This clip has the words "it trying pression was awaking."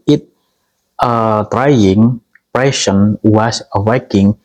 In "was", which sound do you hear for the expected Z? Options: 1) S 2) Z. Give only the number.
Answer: 1